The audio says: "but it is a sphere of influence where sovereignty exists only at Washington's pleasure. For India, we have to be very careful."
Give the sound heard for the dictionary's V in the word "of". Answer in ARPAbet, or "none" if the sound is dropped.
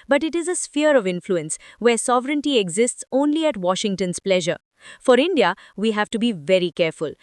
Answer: V